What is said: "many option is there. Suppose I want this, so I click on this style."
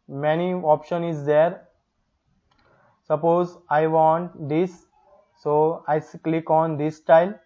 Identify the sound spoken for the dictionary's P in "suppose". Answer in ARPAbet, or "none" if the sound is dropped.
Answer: P